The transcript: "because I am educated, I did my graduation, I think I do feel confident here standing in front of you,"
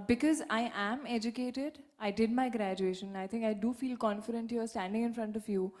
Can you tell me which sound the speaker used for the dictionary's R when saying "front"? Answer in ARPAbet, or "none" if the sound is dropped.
R